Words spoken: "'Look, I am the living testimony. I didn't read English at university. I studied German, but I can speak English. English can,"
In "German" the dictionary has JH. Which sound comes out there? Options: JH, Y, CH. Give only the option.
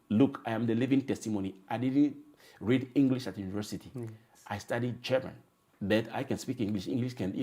CH